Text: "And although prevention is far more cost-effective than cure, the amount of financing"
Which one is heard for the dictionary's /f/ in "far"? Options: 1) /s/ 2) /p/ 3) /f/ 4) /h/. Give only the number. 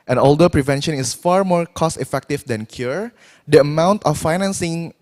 3